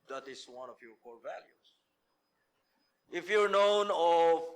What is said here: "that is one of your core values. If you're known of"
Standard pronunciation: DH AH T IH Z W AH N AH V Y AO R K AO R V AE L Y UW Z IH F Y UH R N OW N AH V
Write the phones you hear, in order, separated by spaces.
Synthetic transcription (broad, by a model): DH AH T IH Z W AH N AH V Y AO R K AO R V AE L Y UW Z IH F Y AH R N OW N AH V